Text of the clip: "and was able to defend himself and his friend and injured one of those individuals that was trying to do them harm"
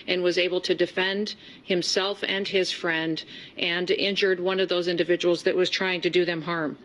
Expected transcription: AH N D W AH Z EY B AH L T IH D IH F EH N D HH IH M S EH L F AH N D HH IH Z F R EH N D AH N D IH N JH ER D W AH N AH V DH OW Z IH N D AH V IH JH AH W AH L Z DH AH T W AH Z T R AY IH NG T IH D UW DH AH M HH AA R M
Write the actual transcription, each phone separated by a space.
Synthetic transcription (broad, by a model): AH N W AH Z EY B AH L T IH D IH F EH N D HH IH M S EH L F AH N IH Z F R EH N D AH N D IH N JH ER D W AH N AH V DH OW Z IH N D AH V IH JH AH W L Z DH AH T W AH Z T R AY IH NG T IH D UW DH AH M HH AA R M